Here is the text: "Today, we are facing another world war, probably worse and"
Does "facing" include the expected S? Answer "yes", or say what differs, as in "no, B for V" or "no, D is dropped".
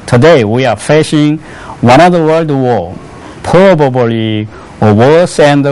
no, SH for S